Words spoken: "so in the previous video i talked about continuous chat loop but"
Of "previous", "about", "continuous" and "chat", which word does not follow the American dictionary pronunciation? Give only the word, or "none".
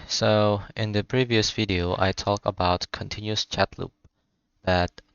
none